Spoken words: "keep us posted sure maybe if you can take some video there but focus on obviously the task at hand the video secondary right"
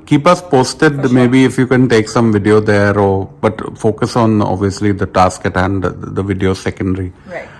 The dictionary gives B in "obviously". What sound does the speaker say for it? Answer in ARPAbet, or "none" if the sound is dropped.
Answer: B